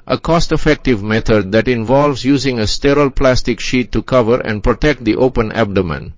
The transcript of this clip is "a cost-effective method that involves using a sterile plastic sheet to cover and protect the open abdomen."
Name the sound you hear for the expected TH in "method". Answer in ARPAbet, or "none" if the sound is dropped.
T